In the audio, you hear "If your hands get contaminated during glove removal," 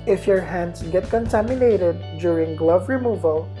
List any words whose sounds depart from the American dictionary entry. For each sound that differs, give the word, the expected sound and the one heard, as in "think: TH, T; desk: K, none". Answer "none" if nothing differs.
hands: Z, S